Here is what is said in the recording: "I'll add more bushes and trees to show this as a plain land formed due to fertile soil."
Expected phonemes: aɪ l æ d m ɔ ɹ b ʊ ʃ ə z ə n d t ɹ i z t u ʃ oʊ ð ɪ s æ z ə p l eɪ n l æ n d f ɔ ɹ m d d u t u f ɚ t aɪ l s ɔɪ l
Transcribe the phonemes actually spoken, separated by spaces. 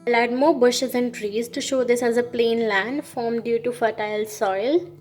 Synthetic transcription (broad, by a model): l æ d m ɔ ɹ b ʊ ʃ ə z ə n d t ɹ i z t u ʃ oʊ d ɪ s æ z ə p l eɪ n l æ n d f ɔ ɹ m d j u t u f ɚ t aɪ l s ɔɪ l